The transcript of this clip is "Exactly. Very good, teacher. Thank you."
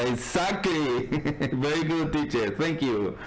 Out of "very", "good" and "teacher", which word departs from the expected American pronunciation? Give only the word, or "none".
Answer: none